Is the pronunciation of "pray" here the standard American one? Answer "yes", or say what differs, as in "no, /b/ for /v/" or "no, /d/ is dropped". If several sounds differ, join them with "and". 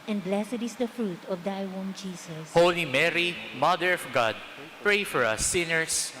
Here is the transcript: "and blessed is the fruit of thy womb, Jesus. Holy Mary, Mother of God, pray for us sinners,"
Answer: yes